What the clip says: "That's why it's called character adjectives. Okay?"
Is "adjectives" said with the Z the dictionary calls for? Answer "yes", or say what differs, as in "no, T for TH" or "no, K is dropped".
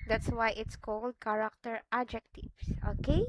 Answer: no, S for Z